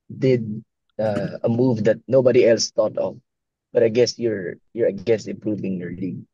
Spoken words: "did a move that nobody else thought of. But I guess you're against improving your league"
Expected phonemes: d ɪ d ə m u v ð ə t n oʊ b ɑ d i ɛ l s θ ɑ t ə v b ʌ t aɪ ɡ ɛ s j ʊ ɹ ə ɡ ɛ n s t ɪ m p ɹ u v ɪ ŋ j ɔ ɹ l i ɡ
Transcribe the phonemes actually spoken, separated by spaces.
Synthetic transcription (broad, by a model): d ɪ d ə m u v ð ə t n oʊ b ɑ d i ɛ l s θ ɑ t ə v b ʌ t aɪ ɡ ɛ s j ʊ ɹ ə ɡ ɛ s ɪ m p ɹ u v ɪ ŋ j ɔ ɹ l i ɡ